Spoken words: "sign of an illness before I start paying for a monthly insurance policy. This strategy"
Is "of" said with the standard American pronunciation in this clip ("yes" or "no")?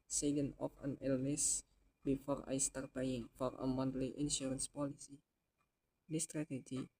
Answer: no